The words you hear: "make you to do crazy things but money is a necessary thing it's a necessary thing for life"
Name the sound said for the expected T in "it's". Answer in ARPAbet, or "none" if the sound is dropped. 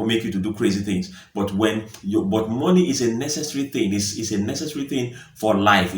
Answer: S